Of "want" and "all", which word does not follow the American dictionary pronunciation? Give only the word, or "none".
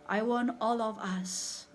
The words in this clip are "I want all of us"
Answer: want